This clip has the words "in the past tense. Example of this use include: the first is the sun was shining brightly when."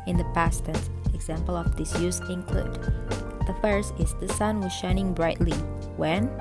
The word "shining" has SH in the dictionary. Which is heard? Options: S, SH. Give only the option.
SH